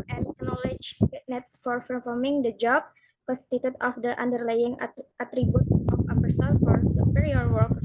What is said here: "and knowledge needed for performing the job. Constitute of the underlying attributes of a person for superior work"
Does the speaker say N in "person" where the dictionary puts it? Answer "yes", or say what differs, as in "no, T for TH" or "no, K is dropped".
no, L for N